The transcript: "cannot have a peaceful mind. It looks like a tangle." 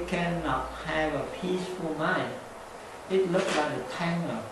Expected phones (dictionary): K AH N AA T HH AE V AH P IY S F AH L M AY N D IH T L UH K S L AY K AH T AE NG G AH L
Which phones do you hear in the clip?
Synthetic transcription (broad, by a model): K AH N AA T HH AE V AH P IY S F AH L M AY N IH T L UH K S L AY K AH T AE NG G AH